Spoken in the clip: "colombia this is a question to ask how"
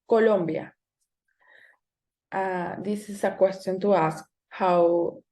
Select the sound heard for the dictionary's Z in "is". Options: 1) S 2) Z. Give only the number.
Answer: 1